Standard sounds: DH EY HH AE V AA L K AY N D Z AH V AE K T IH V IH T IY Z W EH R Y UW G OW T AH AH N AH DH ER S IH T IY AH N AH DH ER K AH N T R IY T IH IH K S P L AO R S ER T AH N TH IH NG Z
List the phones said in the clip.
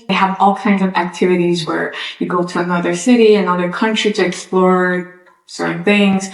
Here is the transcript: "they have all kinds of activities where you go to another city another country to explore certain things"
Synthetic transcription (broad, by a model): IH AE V AA L K AY N D Z AH V AE K T IH V IH T IY Z W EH R Y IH G OW T AH AH N AH DH ER S IH T IY AH N AH DH ER K AH N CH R IY T IH IH K S P L AO R S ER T N TH IH NG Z